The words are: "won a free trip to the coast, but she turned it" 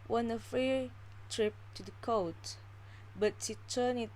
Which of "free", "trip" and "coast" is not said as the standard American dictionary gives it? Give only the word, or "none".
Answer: coast